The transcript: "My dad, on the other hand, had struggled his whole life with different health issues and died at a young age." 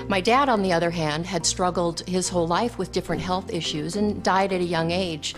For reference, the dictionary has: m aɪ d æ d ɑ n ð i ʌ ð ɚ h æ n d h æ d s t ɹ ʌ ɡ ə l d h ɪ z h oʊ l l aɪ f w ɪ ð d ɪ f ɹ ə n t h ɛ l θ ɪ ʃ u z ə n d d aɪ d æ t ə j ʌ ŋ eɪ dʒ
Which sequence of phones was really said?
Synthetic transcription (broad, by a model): m aɪ d æ d n ð i ʌ ð ɚ h æ n d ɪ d s t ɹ ʌ ɡ l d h ɪ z h oʊ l l aɪ f w ɪ ð d ɪ f ɹ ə n t h ɛ l θ ɪ ʃ u z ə n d d aɪ d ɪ t ə j ʌ ŋ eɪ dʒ